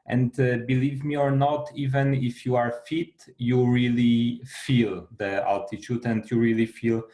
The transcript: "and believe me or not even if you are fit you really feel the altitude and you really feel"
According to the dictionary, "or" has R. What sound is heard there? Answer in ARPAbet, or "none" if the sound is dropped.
R